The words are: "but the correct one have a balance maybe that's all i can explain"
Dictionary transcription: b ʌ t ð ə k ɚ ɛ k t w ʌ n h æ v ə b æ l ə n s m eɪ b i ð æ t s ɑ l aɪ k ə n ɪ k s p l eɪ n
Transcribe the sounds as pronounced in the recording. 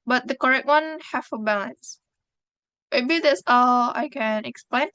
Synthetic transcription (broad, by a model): b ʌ t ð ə k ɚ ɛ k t w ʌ n h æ f ə b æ l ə n s m eɪ b i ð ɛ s ɑ l aɪ k ə n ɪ k s p l eɪ n